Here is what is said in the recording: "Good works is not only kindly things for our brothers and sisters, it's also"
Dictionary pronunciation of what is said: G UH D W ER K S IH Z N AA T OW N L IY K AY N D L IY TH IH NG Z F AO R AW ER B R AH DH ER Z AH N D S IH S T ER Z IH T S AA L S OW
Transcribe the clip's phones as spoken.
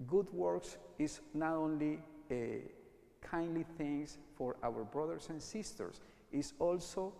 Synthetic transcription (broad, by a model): G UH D W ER K S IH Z N AA T OW N L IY K AY N D L IY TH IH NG S F AO R AW ER B R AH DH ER S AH N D S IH S T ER S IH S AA L S OW